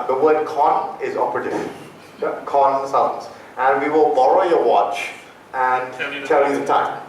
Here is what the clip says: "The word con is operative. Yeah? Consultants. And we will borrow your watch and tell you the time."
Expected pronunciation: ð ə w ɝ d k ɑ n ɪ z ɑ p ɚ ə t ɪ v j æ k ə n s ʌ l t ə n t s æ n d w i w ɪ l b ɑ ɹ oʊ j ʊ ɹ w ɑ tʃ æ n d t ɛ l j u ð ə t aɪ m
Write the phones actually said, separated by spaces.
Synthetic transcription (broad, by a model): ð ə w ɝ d k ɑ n ɪ z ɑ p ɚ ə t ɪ k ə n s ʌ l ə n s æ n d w i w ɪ l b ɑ l oʊ j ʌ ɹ w ɑ tʃ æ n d t ɛ l j u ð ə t aɪ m